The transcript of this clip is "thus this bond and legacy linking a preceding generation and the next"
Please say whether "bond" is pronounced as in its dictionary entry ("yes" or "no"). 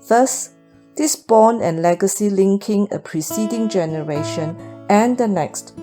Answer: no